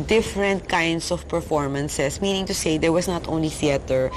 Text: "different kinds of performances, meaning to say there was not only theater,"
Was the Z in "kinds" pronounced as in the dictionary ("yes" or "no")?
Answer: no